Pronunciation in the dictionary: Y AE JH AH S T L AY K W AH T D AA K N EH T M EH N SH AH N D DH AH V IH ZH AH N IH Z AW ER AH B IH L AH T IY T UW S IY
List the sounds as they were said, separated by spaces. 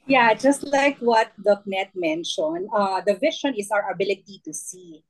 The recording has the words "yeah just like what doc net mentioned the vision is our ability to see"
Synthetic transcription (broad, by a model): Y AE JH AH S T L AY K W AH T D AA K N EH T M EH N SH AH N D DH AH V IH SH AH N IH S AW ER AH B IH L AH T IY T UW S IY